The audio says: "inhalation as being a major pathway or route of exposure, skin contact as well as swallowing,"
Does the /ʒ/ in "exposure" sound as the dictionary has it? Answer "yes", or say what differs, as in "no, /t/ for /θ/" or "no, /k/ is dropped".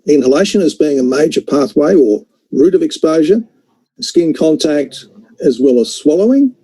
yes